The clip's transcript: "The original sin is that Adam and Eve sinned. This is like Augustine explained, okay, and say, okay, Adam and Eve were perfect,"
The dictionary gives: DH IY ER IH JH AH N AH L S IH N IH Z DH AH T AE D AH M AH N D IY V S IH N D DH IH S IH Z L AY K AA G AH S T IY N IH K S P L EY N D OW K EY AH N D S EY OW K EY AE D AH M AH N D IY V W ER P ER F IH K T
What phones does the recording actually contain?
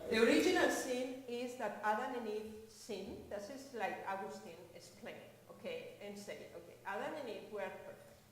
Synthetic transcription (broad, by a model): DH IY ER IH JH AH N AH L S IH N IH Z DH AH T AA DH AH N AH N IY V S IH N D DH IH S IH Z L AY K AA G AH S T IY N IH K S P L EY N OW K EY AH N S EY OW K EY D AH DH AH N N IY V W ER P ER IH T